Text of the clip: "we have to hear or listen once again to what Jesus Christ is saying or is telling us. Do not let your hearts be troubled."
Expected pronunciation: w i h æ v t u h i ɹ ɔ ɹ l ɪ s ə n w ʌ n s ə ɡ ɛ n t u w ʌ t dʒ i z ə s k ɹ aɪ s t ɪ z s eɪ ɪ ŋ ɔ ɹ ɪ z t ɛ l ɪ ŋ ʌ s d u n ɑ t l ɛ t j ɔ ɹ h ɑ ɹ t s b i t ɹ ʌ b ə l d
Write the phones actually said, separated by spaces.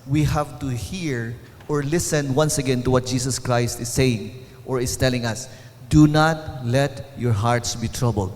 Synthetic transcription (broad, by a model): w i h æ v t u h i ɹ ɔ ɹ l ɪ s ə n w ʌ n s ə ɡ ɛ n t u w ʌ t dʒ i s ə s k ɹ aɪ s t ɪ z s eɪ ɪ ŋ ɔ ɹ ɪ s t ɛ l ɪ ŋ ʌ s d u n ɑ t l ɛ t j ɔ ɹ h ɑ ɹ t s b i t ɹ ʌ b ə l d